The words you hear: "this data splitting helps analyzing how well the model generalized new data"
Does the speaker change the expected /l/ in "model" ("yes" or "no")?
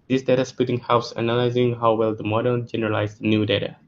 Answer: yes